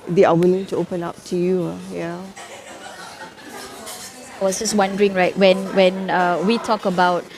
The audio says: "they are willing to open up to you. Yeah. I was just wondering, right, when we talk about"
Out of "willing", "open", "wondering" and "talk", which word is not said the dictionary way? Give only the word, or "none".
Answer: none